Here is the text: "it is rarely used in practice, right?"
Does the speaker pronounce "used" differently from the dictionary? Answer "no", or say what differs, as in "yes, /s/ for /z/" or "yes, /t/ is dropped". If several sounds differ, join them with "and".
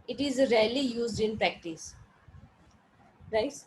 no